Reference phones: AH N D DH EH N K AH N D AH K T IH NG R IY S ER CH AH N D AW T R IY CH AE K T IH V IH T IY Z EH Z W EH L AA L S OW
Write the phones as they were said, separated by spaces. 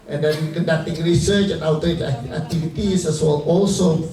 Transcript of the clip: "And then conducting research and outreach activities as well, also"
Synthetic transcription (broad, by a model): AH N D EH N K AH N D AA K T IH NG R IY S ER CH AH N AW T AH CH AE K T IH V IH T IY S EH S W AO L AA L S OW